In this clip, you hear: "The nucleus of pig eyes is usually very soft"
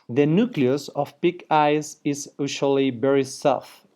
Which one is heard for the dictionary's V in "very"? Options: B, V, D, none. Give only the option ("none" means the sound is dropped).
B